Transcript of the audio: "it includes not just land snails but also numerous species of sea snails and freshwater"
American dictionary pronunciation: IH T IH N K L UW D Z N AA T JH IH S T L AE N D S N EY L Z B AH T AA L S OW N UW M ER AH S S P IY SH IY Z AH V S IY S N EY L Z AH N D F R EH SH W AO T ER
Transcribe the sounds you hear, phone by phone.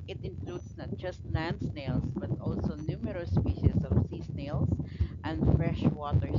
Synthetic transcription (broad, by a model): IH T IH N K L UW D S N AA T JH IH S T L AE N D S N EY L S B AH T AA L S OW N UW M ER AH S S P IY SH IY S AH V S IY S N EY L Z AH N D F R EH SH W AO T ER